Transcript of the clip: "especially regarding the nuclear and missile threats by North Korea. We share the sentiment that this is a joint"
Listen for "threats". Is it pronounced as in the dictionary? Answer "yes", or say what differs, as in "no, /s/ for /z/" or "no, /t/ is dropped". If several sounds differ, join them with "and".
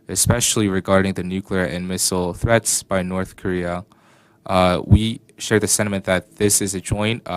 yes